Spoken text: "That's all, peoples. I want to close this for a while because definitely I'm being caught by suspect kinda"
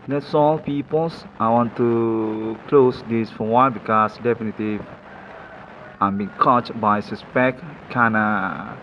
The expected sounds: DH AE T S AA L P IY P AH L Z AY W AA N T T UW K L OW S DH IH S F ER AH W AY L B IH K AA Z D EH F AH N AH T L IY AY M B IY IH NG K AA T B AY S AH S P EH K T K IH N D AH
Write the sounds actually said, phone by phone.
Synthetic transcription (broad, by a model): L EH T S AA L P IY P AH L S AY W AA N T T UW K L OW S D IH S F AH W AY N B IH K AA S D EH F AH N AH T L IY AY M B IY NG K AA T B AY S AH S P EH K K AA N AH